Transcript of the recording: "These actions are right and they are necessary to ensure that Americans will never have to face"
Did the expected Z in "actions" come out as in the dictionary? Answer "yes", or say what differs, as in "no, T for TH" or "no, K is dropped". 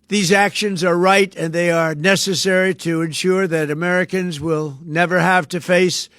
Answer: yes